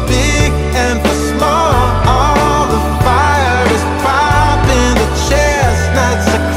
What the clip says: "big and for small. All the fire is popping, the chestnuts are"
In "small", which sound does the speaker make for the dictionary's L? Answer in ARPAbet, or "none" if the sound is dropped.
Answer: L